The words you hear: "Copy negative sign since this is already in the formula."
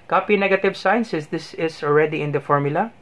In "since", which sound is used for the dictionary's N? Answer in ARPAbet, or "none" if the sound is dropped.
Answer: none